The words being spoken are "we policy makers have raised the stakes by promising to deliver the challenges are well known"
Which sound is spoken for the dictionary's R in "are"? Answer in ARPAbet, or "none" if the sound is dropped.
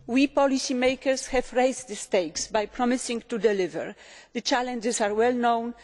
R